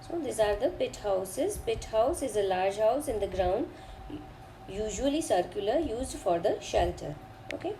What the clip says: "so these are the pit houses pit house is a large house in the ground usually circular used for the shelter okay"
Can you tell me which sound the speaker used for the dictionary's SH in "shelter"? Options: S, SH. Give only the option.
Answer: SH